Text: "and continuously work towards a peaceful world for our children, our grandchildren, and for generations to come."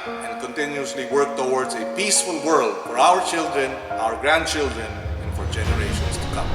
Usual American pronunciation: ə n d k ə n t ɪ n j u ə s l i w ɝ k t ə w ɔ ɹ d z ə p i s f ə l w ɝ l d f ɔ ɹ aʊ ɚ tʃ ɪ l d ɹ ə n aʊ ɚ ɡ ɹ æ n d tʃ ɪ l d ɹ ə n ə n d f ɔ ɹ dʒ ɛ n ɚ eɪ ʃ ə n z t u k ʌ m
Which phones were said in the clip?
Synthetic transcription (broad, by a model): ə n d k ə n t ɪ n j u ə s l i w ɝ k t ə w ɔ ɹ d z ə p i s f ə l w ɝ l d f ɔ ɹ aʊ ɚ tʃ ɪ l d ɹ ə n aʊ ɚ ɡ ɹ æ n d tʃ ɪ l d ɹ ə n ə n f ɔ ɹ dʒ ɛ n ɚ eɪ ʃ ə n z t u k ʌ m